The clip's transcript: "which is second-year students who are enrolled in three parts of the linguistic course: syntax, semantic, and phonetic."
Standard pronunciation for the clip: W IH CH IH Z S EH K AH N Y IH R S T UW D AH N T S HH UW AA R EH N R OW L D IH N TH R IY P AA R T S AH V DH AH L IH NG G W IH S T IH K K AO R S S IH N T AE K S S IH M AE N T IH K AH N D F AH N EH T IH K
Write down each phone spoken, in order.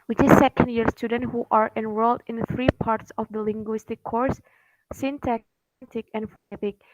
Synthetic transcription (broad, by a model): W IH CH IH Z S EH K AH N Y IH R S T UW D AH N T HH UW AA R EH N W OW L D IH N TH R IY P AA R T S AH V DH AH L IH NG G W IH S T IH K K AO R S S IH N T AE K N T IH K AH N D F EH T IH K